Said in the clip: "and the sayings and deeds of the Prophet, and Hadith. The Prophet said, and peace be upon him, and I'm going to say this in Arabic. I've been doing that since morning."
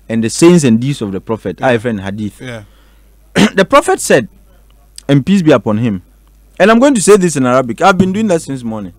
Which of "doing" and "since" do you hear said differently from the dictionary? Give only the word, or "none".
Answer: none